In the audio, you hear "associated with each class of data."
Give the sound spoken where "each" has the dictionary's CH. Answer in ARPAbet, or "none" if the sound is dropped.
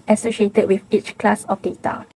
CH